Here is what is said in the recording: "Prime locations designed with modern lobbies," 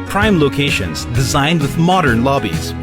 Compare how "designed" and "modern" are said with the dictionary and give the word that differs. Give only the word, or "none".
none